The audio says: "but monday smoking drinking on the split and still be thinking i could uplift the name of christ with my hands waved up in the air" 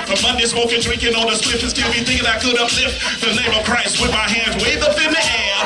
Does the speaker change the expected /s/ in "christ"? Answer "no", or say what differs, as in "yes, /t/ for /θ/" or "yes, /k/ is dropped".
no